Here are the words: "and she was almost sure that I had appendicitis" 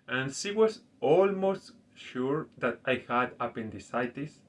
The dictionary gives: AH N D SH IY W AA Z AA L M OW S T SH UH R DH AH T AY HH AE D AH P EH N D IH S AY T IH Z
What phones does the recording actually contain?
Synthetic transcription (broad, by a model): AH N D SH IY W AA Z AA L M OW S T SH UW R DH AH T AY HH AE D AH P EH N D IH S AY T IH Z